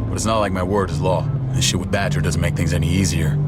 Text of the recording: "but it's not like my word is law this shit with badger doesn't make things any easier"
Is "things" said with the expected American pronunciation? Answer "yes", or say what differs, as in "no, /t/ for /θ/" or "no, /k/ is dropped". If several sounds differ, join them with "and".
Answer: yes